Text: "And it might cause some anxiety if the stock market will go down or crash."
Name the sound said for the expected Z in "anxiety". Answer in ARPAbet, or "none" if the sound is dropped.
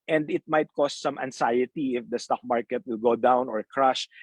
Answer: S